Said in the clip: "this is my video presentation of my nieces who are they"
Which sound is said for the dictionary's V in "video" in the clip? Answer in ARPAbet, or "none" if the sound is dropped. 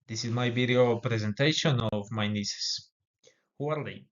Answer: B